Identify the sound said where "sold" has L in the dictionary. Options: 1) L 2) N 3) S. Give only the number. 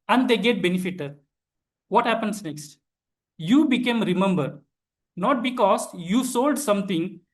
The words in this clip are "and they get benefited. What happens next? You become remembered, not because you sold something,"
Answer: 1